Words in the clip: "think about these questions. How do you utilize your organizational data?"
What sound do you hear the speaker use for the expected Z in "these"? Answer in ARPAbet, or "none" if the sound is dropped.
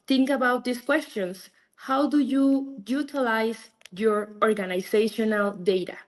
S